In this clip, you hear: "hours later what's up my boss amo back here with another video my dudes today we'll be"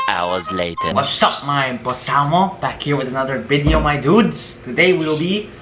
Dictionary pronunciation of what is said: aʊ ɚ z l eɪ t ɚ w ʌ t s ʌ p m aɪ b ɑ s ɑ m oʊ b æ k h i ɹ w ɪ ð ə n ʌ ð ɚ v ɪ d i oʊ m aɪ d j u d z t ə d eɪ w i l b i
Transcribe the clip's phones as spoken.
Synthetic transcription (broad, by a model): aʊ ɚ z l eɪ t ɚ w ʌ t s ʌ p m aɪ b ɑ s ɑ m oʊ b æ k h i ɹ w ɪ ð ə n ʌ ð ɚ b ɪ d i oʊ m aɪ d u d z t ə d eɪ w i l b i